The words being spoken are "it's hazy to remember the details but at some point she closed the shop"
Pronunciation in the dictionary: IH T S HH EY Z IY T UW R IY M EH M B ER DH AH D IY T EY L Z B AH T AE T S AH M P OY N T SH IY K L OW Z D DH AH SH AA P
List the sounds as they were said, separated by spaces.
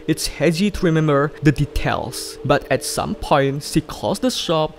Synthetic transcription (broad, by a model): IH T S HH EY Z IY T UW R IY M EH M B ER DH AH D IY T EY L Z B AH T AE T S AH M P OY N T S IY K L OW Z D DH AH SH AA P